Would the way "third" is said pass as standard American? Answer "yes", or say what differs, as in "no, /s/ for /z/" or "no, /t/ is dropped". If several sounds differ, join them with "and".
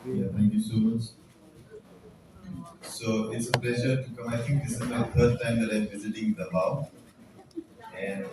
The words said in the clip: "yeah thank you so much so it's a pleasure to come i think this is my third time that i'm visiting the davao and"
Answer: no, /f/ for /θ/